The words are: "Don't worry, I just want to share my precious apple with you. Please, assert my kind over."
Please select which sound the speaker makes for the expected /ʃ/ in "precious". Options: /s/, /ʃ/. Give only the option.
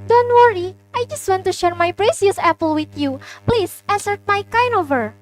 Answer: /s/